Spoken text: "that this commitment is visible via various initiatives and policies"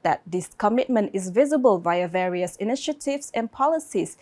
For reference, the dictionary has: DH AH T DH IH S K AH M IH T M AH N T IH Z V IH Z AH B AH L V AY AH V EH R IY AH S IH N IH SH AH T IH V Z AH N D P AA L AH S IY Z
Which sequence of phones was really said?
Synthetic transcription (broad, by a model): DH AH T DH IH S K AH M IH T M AH N T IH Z V IH Z AH B AH L V AY AH V EH R IY AH S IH N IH SH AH T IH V S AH N P AA L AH S IY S